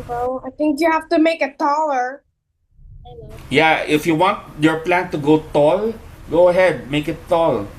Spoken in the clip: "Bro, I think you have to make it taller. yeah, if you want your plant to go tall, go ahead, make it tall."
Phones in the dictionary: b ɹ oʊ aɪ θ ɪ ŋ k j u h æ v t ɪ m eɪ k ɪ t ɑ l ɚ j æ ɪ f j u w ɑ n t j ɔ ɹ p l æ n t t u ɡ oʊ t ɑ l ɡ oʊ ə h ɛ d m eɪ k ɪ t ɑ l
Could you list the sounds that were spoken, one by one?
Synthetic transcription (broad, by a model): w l aɪ θ ɪ ŋ k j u h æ f t ɪ m eɪ k ɪ t ɑ l ɚ j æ ɪ f j u w ɑ n t j ɔ ɹ p l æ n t t u ɡ oʊ t ɑ l ɡ oʊ ə h ɛ d m eɪ k ɪ t ɑ l